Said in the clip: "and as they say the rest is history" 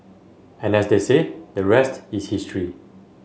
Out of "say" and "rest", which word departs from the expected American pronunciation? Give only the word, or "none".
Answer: none